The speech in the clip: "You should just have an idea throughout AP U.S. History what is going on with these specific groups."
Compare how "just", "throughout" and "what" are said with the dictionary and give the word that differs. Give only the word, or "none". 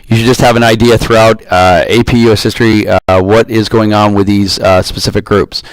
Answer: none